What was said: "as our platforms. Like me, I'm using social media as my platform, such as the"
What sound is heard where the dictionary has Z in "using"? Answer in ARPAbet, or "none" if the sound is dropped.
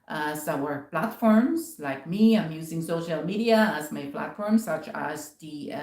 Z